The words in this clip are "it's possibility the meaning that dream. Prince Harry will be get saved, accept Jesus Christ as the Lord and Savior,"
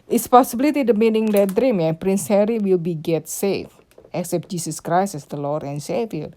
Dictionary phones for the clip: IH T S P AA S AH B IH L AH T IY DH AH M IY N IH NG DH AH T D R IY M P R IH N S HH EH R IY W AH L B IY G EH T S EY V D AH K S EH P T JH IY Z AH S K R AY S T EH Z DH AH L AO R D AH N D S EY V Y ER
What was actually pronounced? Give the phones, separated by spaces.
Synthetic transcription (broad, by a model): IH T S P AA S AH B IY L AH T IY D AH M IY N IH NG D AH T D R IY M P R IH N S HH EH R IY W AH L B IY G EH T S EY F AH K S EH P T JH IY S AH S K R AY S EH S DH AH L AO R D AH N S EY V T